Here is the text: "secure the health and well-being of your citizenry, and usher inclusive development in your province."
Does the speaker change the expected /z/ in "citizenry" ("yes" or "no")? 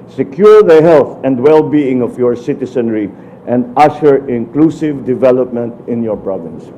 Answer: yes